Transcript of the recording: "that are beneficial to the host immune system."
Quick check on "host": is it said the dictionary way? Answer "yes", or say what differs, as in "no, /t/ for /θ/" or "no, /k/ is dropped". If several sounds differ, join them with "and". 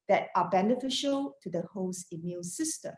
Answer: no, /t/ is dropped